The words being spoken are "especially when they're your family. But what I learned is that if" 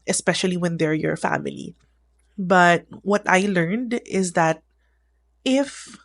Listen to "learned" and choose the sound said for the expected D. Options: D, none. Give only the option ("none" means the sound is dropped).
D